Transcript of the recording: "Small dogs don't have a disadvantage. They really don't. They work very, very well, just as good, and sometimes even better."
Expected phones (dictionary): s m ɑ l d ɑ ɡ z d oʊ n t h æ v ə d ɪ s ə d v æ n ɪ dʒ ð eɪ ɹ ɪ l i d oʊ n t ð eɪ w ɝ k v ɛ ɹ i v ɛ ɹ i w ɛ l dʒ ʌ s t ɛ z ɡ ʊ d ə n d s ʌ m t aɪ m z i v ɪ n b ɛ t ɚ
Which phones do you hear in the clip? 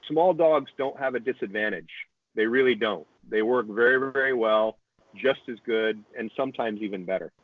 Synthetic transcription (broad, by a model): s m ɑ l d ɑ ɡ z d oʊ n t h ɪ v ə d ɪ s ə d v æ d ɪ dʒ ð eɪ ɹ ɪ l i d oʊ n t ð eɪ w ɝ k v ɛ ɹ i v ɛ ɹ i w ɛ l dʒ ʌ s t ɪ z ɡ ʊ d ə n s ʌ m t aɪ m z i v ɪ n b ɛ t ɚ